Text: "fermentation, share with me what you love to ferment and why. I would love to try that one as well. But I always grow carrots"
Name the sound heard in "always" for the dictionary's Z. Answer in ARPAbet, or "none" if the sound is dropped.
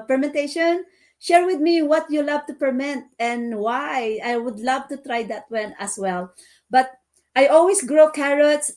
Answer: S